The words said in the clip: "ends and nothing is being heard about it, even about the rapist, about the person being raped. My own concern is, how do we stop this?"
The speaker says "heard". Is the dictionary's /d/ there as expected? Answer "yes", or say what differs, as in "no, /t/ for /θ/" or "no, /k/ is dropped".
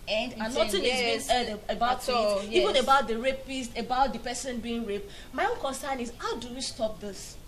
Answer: no, /d/ is dropped